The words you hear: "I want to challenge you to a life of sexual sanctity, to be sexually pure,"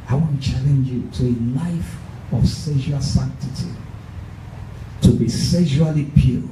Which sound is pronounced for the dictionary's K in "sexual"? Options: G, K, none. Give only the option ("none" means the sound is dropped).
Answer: none